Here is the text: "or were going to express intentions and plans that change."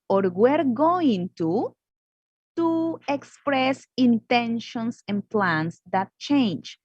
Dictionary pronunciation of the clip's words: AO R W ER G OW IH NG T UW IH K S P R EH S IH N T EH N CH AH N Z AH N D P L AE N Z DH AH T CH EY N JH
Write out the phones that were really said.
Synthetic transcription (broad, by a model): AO R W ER G OW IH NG T UW IH K S P R EH S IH N T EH N SH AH N S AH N P L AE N S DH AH T CH EY N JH